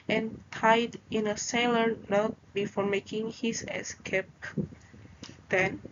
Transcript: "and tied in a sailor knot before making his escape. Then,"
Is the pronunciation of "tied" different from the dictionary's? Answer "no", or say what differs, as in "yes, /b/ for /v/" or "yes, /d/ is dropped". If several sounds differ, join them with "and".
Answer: no